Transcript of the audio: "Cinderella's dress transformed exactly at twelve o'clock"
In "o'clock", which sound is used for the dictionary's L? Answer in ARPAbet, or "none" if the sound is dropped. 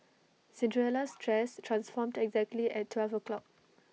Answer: L